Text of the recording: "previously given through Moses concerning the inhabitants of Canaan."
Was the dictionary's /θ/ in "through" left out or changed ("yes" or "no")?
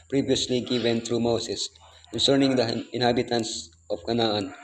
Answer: yes